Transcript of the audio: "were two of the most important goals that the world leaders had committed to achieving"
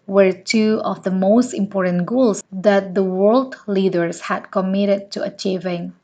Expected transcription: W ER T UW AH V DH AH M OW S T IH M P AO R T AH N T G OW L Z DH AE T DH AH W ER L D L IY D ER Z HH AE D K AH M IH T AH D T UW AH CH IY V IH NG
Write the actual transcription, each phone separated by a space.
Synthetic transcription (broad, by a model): W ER T UW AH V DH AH M OW S T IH M P AO R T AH N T G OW L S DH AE T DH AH W ER L D L IY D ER S HH AE D K AH M IH T AH D T UW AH CH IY V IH NG